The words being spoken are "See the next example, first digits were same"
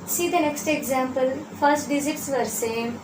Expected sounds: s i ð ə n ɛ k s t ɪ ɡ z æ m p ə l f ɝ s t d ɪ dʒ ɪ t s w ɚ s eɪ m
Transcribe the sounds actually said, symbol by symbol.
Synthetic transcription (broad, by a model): s i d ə n ɛ k s t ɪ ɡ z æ m p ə l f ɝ s t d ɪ z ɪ t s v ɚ s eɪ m